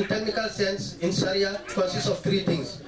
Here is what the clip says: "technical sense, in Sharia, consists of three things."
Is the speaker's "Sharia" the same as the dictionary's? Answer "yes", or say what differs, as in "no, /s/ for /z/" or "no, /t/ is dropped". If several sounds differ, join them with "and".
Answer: no, /s/ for /ʃ/